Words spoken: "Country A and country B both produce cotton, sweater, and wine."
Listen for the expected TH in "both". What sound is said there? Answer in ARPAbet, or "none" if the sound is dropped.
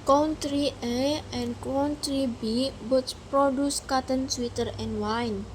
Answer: S